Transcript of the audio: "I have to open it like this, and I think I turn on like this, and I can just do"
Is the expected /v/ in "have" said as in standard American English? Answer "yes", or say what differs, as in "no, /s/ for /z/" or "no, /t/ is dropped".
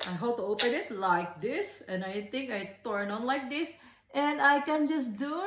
no, /p/ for /v/